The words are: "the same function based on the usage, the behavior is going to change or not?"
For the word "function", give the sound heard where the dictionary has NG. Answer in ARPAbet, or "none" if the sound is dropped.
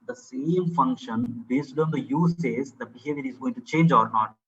NG